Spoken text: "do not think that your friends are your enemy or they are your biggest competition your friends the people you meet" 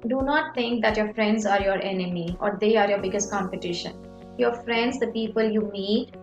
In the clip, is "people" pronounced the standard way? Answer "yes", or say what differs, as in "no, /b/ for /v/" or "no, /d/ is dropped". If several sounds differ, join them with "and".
yes